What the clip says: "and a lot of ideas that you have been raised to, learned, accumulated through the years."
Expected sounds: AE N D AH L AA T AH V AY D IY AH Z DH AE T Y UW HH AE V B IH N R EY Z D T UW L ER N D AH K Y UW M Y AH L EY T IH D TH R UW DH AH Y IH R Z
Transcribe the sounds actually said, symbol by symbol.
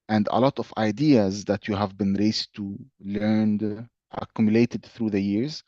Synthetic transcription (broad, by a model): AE N D AH L AA T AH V AY D IY AH Z DH AE T Y UW HH AE V B IH N R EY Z T UW L ER N D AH K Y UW M Y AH L EY T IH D TH R UW DH AH Y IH R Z